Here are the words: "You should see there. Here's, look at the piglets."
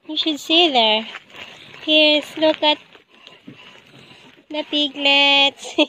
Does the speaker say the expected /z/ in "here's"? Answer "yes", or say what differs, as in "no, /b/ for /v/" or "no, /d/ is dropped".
no, /s/ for /z/